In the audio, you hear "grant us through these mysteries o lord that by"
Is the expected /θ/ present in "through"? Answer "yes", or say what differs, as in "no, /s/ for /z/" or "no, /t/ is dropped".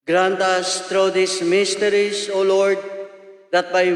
no, /t/ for /θ/